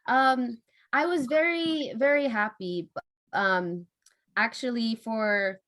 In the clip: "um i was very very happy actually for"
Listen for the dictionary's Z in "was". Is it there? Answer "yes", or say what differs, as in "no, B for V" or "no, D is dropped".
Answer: yes